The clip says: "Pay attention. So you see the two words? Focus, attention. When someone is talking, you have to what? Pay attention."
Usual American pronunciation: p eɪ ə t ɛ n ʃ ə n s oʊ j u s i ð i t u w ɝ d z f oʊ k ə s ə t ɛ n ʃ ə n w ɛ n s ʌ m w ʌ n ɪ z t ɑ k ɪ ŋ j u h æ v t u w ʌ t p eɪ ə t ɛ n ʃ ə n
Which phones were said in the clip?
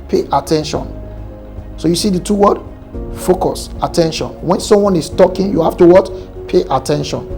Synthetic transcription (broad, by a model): p eɪ ə t ɛ n ʃ ə n s oʊ j u s i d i t u w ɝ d f oʊ k ə s ə t ɛ n ʃ ə n w ɛ n s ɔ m w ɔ n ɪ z t ɑ k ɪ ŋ j u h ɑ f t u w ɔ t p eɪ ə t ɛ n ʃ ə n